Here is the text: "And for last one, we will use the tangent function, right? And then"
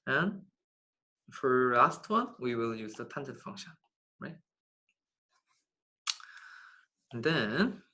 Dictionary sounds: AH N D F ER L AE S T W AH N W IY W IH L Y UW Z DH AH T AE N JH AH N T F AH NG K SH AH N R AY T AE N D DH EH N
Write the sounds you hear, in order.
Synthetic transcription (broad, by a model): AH N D F ER L AE S T W AH N W IY W IH L Y UW Z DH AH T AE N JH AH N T F AH NG K SH AH N R AY T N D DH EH N